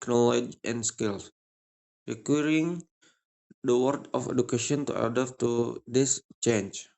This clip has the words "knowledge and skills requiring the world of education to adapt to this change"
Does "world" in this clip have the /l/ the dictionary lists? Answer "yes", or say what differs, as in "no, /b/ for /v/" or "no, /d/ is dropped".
no, /l/ is dropped